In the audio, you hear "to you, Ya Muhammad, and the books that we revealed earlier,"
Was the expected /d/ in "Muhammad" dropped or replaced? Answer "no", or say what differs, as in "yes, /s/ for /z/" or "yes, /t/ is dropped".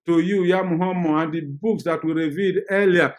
yes, /d/ is dropped